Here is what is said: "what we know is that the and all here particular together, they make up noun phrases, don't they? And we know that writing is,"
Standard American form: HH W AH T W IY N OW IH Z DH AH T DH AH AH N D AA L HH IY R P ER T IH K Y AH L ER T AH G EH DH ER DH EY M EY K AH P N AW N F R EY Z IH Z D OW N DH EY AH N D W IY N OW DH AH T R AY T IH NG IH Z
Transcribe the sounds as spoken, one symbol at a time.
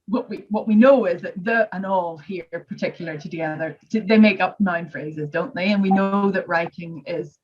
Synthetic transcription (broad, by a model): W W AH T W IY N OW IH Z DH AH T DH AH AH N AA L HH IY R P ER T IH K Y L ER T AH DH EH DH ER DH EY M EY K AH P N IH N F R EY Z IH Z D OW N DH EY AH N W IY N OW DH AH T R AY T IH NG IH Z